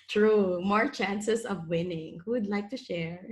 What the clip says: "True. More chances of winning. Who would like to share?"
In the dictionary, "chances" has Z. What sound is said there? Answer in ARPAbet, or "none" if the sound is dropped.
S